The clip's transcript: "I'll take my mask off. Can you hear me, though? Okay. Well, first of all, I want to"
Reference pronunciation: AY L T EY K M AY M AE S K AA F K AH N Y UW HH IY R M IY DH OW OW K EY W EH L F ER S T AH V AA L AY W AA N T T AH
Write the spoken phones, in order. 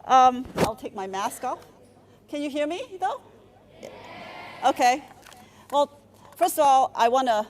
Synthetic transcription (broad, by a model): AY L T EY K M AY M AE S K AA F K AH N Y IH HH IY R M IY DH OW OW K EY W EH L F ER S T AH V AA L AY W AA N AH